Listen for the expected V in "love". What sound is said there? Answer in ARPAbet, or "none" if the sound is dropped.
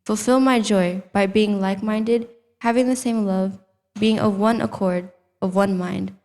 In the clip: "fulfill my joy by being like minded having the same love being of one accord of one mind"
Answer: V